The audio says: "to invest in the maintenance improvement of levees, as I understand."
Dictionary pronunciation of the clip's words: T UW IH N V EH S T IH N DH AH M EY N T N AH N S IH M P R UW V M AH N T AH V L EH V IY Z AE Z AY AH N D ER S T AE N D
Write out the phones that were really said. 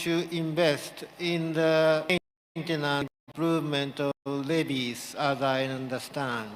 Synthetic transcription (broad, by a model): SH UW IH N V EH S T IH N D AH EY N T AH N IH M P R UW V M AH N T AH L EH B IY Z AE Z AY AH N D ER S T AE N D